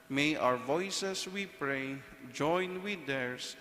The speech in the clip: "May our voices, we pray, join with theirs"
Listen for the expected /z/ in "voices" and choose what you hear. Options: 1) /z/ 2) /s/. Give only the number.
2